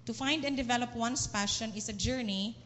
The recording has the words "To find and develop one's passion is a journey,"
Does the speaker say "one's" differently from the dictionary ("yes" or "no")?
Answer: yes